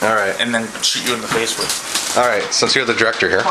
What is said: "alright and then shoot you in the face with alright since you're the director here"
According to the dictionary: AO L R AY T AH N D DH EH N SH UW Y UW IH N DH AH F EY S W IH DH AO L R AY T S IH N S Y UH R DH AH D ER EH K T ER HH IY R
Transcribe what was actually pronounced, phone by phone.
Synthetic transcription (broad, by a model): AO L R AY T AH N DH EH N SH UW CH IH IH N DH AH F EY S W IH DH AO L R AY T S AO S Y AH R DH AH D ER EH K T ER HH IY R